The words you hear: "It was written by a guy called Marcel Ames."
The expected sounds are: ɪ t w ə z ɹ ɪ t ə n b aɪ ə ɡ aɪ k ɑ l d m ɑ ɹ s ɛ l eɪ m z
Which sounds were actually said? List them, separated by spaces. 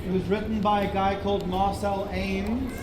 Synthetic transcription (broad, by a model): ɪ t w ə z ɹ ɪ t n b aɪ ə ɡ aɪ k ɑ l d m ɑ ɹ s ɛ l eɪ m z